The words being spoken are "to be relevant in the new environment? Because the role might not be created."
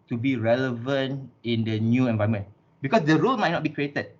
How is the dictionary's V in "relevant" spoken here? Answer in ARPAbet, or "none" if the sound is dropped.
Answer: V